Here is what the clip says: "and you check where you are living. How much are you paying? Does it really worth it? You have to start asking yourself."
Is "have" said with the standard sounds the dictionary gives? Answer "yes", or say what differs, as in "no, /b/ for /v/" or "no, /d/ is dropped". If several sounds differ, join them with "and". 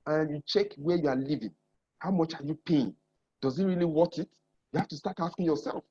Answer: no, /f/ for /v/